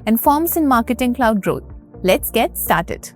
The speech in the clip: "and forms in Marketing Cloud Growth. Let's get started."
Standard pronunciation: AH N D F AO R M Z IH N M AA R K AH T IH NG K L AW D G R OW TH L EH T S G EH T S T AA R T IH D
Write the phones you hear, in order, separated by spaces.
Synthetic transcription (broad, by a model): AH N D F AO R M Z IH N M AA R K AH T IH NG K L AW D G R OW T L EH T S G EH T S T AA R T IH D